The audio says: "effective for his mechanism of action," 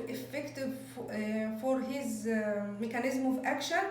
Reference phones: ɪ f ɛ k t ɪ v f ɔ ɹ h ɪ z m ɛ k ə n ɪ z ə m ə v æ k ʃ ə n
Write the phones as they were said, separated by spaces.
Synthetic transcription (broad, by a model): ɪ f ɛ k t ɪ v f ɔ ɹ h ɪ z m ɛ k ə n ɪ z m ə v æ k ʃ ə n